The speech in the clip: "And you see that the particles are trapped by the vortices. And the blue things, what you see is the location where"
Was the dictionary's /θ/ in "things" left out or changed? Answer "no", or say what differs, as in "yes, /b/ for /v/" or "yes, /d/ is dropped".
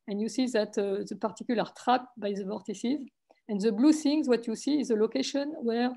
yes, /s/ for /θ/